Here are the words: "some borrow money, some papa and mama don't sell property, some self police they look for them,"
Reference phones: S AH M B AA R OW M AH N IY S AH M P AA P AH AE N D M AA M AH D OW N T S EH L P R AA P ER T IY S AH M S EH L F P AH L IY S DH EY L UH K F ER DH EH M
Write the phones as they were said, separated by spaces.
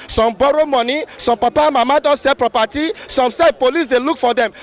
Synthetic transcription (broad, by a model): S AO M B AA R OW M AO N IY S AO M P AA P AH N M AA M AH D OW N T S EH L P R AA P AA T IY S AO M S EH F P AH L IY S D EY L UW K F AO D EH M